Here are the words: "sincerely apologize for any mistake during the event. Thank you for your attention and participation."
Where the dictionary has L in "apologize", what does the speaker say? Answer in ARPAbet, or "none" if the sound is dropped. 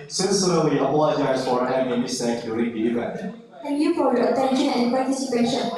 none